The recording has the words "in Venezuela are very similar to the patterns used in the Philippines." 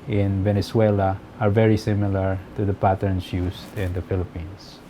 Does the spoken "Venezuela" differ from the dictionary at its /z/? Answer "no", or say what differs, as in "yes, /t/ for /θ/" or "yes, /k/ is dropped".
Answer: yes, /s/ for /z/